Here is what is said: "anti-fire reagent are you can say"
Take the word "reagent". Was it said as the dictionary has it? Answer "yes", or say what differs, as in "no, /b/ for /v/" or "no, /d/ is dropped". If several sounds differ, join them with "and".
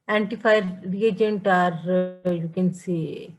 yes